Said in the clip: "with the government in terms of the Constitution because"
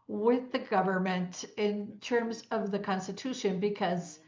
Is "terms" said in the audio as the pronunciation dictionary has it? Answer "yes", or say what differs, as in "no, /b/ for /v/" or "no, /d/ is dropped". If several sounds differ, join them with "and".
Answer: yes